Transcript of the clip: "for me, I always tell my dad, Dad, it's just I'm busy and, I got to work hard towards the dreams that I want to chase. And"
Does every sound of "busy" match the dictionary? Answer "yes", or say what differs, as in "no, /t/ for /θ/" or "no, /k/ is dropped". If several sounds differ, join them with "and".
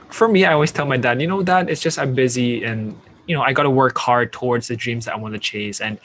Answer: yes